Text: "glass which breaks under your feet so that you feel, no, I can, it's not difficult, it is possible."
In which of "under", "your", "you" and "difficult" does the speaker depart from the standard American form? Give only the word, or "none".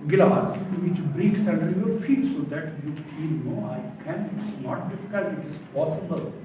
difficult